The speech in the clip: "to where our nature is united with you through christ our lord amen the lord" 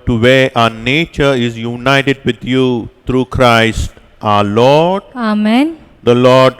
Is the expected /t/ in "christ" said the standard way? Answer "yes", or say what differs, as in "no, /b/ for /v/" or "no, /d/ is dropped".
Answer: yes